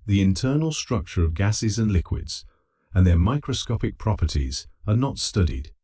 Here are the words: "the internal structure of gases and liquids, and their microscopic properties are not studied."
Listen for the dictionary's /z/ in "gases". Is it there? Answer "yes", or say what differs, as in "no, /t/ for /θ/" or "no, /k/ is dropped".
yes